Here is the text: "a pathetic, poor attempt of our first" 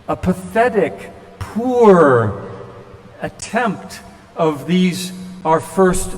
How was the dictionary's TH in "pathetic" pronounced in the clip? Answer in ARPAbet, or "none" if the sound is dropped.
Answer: TH